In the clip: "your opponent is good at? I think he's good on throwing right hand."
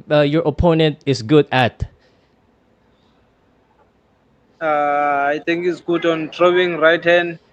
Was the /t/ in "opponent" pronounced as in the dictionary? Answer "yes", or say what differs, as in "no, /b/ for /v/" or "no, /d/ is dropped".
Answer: yes